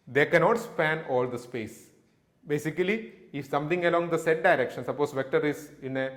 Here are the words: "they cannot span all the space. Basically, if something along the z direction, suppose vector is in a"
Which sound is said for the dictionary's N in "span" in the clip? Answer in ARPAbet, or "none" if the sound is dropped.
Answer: N